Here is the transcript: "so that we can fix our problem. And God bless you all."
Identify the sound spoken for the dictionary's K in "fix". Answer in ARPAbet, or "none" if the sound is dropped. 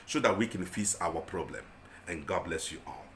none